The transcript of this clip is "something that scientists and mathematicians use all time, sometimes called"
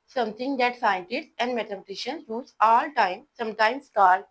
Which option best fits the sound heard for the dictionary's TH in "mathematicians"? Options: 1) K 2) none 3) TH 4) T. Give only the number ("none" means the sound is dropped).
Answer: 4